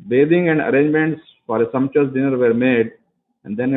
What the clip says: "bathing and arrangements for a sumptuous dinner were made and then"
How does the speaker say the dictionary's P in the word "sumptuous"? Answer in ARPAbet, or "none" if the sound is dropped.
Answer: none